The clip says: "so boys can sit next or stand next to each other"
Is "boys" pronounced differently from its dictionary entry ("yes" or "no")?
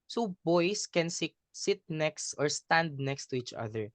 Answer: yes